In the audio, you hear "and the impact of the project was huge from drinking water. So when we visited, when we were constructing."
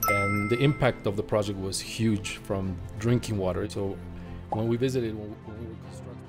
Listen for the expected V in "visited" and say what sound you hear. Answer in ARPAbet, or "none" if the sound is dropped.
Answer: V